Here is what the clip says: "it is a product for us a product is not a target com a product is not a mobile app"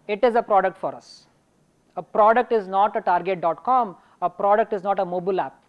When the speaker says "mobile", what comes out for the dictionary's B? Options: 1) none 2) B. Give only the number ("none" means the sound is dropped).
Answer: 2